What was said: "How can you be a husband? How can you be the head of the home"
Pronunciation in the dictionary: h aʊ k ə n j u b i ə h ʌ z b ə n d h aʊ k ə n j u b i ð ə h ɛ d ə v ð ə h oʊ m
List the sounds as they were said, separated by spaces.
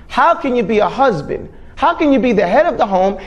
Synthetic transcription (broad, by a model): h aʊ k ə n j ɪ b i ə h ʌ z b ə n d h aʊ k ə n j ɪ b i ð ə h ɛ d ə v ð ə h oʊ m